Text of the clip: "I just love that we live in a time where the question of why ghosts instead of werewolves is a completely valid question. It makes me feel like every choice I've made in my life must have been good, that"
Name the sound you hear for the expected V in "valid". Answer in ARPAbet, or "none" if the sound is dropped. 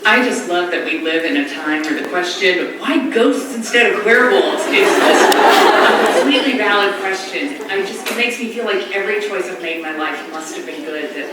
V